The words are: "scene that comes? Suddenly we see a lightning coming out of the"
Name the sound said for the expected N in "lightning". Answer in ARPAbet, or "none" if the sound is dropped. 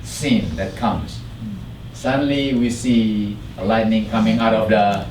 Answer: N